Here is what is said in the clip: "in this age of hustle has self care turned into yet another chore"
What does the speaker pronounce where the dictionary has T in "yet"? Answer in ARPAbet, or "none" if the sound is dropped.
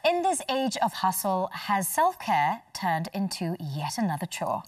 T